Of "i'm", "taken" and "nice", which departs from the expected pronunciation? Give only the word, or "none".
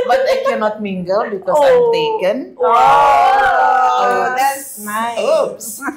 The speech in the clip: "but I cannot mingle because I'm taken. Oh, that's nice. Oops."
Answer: nice